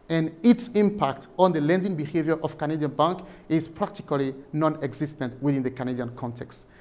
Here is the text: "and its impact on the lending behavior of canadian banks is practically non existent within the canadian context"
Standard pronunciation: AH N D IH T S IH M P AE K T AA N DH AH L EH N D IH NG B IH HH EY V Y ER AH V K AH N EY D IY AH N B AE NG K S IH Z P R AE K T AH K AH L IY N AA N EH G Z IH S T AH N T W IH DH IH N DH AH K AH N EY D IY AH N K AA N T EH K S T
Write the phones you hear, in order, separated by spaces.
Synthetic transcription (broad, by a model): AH N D IH T S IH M P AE K T AA N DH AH L EH N D IH NG B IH HH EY V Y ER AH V K AH N EY D IY AH N B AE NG K IH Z P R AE K T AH K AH L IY N AA N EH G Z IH S T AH N T W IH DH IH N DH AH K AH N EY D IY AH N K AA N T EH K S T